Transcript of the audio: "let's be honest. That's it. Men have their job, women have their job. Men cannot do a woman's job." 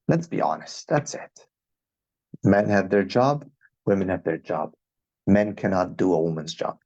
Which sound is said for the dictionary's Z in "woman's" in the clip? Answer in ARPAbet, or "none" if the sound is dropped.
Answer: Z